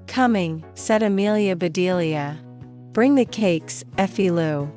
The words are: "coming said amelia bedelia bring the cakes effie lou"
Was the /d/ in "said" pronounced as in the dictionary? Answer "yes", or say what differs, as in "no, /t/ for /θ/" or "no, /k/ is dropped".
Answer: yes